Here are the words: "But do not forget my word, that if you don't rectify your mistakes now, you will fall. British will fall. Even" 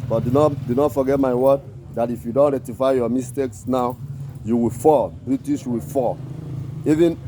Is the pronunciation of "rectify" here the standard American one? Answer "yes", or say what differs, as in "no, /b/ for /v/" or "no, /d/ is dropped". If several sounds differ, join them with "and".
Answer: no, /k/ is dropped